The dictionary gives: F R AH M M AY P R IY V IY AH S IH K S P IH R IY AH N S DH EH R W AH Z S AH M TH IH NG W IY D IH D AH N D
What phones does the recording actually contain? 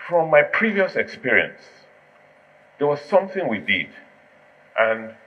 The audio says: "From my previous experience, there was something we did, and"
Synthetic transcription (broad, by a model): F R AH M M AY P R IY V IY AH S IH K S P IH R IY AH N S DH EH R W AH Z S AH M TH IH NG W IY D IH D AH N